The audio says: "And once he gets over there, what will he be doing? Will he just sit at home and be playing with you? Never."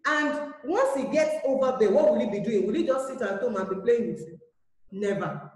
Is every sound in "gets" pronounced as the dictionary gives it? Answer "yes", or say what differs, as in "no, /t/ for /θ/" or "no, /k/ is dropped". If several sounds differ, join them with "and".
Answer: no, /s/ is dropped